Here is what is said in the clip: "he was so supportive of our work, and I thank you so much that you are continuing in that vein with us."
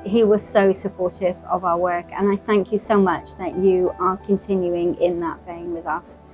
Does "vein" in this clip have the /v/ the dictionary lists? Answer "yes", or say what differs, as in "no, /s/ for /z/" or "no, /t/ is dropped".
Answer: no, /f/ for /v/